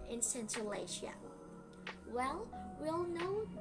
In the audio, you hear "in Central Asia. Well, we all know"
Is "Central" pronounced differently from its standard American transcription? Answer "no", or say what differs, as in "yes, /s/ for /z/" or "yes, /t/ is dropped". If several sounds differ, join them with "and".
yes, /ɹ/ is dropped